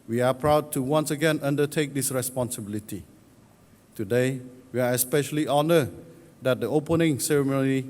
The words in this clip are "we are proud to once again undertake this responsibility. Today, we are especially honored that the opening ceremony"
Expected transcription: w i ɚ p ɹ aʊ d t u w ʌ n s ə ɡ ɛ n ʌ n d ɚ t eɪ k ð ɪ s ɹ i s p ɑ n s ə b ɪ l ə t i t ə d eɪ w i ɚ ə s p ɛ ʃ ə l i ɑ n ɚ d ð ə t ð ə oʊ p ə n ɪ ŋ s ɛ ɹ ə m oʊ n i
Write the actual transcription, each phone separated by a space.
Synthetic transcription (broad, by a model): w i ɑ p ɹ aʊ d t u w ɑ n s ə ɡ ɛ n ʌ n d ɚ t eɪ k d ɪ s ɹ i s p ɑ n s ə b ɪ l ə t i t ə d eɪ w i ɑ ə s p ɛ ʃ ə l i ɑ n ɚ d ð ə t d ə oʊ p ə n ɪ ŋ s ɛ ɹ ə m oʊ n i